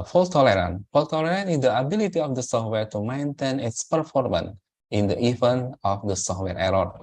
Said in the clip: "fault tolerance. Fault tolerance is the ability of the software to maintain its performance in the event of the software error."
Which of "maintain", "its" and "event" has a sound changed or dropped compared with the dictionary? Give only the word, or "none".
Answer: event